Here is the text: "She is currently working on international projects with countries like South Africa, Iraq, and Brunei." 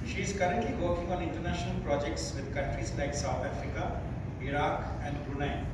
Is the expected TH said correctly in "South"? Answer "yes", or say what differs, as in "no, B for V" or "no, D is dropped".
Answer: no, T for TH